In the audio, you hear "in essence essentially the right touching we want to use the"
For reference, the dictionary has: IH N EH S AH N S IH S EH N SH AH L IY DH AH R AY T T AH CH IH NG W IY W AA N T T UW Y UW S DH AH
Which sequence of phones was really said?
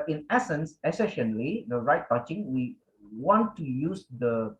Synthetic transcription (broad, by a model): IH N EH S AH N S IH S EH SH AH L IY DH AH R AY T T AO CH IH NG W IY W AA N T T UW Y UW S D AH